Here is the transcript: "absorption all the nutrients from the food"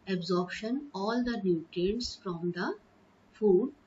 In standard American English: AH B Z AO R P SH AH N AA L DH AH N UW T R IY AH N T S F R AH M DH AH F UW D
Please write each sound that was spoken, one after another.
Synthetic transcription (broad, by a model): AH B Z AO R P SH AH N AA L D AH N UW T IY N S F R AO M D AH F UW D